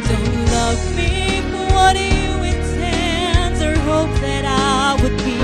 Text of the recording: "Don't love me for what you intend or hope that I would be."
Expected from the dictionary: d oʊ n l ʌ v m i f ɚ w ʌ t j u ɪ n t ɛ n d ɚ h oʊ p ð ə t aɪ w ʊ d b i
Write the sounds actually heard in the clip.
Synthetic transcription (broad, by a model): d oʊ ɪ l ʌ v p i p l w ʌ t j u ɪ n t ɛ n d ɚ h oʊ p ð ə t aɪ w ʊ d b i